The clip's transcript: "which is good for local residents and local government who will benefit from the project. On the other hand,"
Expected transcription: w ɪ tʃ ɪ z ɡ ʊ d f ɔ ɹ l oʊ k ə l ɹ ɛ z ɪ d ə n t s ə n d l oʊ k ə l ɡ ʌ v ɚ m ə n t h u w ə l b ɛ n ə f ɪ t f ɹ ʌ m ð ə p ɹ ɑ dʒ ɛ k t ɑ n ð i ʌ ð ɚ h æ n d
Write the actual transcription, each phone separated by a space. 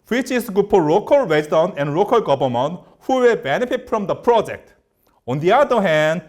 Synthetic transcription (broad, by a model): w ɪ tʃ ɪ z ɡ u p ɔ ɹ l oʊ k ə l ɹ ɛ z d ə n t ə n d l oʊ k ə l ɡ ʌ b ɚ m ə n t h u w ə l b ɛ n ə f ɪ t f ɹ ʌ m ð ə p ɹ ɑ dʒ ɛ k t ɑ n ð i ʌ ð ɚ h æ n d